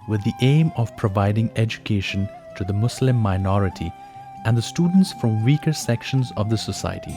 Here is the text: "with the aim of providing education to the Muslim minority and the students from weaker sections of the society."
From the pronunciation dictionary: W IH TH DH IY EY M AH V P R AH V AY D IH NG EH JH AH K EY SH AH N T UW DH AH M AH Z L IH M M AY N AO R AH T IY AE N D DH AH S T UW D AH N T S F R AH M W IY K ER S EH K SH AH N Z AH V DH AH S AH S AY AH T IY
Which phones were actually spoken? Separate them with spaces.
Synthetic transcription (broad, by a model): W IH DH IY EY M AH V P R AH V AY D IH NG EH JH AH K EY SH AH N T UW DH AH M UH S L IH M M AY N AO R AH T IY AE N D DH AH S T UW D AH N T S F R AH M W IY K ER S EH K SH AH N Z AH V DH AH S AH S AY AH T IY